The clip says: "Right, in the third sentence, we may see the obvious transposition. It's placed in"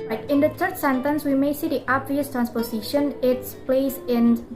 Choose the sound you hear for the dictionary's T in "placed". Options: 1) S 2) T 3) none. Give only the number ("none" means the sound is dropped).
3